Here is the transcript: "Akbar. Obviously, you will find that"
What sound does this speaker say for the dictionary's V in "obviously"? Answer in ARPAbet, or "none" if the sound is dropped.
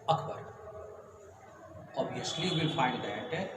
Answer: none